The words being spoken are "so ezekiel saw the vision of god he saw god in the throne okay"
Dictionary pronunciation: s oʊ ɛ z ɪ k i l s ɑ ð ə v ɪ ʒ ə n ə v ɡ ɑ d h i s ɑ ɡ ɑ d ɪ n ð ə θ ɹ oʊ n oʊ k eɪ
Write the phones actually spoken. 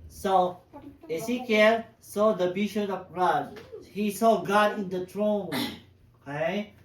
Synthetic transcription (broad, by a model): s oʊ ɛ s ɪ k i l s ɑ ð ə b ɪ ʃ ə ə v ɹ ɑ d h i s ɑ ɡ ɑ d ɪ n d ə t ɹ oʊ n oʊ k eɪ